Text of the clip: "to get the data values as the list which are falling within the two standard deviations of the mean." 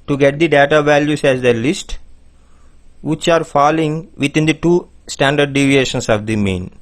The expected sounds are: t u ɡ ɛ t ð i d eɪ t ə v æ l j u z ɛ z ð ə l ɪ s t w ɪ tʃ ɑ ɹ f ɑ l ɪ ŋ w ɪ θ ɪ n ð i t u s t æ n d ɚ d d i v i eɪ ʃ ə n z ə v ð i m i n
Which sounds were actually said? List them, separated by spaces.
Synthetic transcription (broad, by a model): t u ɡ ɛ t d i d eɪ t ə v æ l j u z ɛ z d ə l ɪ s t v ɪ tʃ ɑ ɹ f ɑ l ɪ ŋ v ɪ t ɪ n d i t u s t æ n d ɚ d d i v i eɪ ʃ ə n s ə v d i m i n